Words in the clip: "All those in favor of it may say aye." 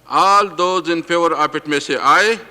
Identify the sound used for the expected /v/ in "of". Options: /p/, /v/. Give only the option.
/p/